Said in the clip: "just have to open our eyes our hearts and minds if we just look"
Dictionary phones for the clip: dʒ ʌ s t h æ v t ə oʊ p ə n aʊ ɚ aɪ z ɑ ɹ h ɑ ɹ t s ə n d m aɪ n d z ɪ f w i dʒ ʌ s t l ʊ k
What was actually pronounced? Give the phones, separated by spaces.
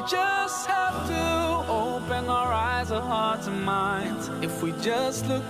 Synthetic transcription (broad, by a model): dʒ ʌ s t h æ f t ə oʊ p ə n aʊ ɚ aɪ z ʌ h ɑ ɹ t ə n m aɪ n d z ɪ f w i dʒ ʌ s t l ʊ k